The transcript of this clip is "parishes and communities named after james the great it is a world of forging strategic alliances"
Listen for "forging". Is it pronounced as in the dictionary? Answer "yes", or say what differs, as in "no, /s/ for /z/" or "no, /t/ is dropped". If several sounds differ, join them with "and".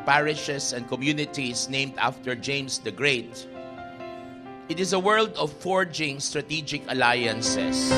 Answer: yes